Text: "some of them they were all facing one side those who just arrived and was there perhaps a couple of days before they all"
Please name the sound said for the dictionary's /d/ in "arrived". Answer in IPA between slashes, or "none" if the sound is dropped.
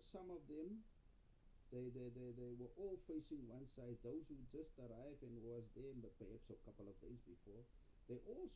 none